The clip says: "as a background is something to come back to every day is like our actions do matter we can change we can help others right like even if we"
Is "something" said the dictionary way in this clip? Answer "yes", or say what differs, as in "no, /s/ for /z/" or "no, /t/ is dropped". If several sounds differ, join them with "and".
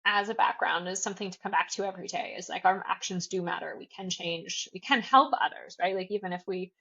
yes